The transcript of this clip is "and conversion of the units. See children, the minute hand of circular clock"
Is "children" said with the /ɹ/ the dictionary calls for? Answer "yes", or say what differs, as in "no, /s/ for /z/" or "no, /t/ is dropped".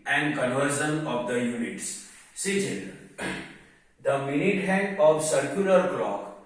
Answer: no, /ɹ/ is dropped